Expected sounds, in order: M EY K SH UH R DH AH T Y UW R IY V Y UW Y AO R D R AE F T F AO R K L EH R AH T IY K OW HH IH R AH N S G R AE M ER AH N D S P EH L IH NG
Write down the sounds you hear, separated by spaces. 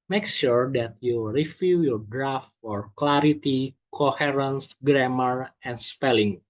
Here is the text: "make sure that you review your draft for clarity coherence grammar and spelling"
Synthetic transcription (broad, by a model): M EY K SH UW R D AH T Y UW R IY F Y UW Y AO R D R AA F T F AO R K L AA R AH T IY K OW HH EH R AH N S G R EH M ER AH N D S P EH L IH NG